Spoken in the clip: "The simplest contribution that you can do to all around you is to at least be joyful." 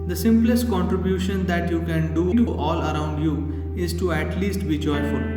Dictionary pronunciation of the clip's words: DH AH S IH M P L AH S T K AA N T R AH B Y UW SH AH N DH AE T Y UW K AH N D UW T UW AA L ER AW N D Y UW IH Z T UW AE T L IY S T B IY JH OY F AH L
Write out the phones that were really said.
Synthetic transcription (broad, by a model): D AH S IH M P L AH S T K AA N T R AH B Y UW SH AH N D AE T Y UW K AH N D UW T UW AA L ER AW N D Y UW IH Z T UW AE T L IY S T B IY JH OY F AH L